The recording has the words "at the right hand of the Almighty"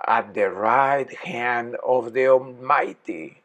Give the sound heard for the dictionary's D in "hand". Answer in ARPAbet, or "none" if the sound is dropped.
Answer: D